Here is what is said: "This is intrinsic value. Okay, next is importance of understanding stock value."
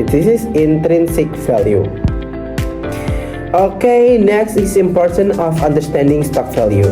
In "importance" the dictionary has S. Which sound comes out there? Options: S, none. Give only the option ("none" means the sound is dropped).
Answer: none